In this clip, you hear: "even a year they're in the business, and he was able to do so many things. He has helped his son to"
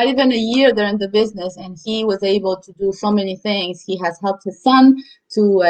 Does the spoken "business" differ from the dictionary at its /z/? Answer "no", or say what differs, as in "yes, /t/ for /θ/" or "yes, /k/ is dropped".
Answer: no